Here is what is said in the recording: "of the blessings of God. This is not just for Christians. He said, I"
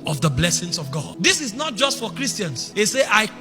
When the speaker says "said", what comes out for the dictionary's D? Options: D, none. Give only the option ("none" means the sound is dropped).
none